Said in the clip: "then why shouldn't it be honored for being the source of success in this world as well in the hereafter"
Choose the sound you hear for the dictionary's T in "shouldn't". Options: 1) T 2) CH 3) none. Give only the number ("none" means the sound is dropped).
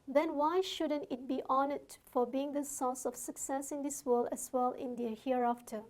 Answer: 1